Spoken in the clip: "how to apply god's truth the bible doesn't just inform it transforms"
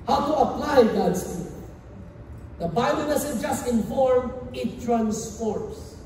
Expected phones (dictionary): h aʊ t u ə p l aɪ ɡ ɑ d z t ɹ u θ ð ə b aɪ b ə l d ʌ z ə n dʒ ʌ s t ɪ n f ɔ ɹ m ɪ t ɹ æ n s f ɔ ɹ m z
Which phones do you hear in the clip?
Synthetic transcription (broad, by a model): h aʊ t u ə p l aɪ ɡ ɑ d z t u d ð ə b aɪ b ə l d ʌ s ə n dʒ ʌ s t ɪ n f ɔ ɹ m ɪ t ɹ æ n s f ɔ ɹ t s